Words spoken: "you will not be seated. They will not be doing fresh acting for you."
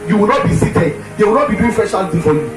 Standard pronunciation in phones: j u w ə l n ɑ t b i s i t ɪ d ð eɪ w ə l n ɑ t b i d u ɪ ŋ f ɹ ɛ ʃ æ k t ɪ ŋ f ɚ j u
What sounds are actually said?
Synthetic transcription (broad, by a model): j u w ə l n ɑ t b i s i t ɪ d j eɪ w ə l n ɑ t b i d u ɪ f ɛ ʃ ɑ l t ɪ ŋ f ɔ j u